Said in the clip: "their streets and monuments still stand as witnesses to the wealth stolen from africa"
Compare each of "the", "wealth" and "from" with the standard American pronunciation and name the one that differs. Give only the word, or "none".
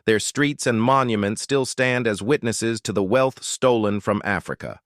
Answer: none